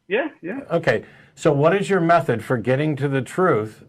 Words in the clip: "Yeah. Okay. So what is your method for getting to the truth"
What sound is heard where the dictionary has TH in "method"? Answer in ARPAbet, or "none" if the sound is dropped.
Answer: TH